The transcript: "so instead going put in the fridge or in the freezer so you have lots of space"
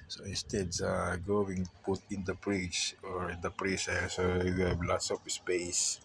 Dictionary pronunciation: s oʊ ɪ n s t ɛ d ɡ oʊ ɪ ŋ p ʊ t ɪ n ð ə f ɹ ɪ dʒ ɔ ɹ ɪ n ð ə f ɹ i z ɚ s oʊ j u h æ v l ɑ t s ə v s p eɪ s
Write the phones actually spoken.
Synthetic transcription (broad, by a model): s oʊ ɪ n s t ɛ d ɡ oʊ ɪ ŋ p ʊ t ɪ n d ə p ɹ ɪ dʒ ɔ ɹ ɪ n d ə p ɹ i s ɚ s oʊ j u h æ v l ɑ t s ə p s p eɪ s